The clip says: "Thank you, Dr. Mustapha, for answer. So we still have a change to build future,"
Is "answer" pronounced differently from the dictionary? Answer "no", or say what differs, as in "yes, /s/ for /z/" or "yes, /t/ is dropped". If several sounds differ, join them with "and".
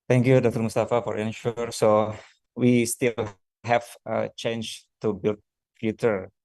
yes, /ʃ/ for /s/